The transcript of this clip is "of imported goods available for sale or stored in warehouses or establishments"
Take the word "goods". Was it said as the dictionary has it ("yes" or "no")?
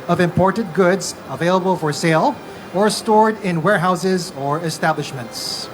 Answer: yes